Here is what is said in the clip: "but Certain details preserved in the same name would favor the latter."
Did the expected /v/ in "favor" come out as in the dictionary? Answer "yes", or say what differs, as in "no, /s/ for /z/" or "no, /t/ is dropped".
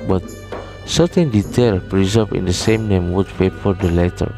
no, /p/ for /v/